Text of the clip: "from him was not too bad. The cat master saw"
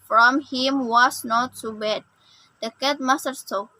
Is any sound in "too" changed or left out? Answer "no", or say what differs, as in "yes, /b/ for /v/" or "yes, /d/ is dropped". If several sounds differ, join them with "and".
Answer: yes, /s/ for /t/